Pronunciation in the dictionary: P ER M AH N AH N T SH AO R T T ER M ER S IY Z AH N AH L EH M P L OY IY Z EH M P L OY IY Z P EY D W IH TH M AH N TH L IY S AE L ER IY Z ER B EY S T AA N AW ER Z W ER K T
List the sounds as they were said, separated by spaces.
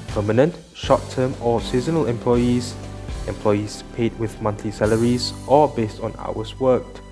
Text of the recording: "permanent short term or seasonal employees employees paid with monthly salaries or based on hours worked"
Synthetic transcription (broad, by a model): P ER M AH N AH N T SH AO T T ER M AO S IY Z AH N AH L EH M P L OY IY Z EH M P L OY IY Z P EY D W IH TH M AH N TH L IY S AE L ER IY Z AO B EY S T AA N AW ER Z W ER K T